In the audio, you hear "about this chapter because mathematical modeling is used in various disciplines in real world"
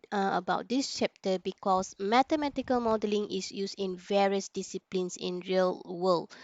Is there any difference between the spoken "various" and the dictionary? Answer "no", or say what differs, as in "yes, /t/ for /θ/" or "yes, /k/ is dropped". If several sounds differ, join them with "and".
no